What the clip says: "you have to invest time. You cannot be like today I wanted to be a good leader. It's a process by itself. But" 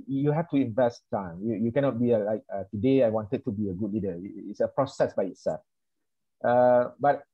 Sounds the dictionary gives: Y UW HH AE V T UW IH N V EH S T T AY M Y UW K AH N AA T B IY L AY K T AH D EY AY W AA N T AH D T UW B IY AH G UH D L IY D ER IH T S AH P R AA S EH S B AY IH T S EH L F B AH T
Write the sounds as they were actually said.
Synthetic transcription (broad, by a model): Y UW HH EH F T UW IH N V EH S T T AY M Y UW K AH N AA T B IY L AY K T AH D EY AY W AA N T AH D T UW B IY AH G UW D L IY D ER IH T S AH P R AA S EH S B AY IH T S EH L F B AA T